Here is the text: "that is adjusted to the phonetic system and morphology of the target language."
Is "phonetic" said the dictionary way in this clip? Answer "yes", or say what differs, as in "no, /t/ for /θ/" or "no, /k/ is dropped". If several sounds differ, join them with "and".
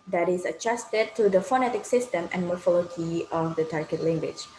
yes